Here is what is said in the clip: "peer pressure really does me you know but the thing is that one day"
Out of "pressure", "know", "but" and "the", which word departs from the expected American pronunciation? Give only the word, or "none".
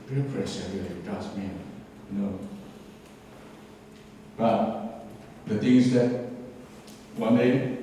pressure